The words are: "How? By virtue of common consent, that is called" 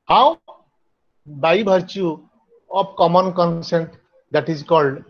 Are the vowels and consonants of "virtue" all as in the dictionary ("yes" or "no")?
no